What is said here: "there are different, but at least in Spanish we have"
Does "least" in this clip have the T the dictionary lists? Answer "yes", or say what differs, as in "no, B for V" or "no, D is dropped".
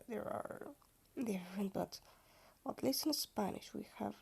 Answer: no, T is dropped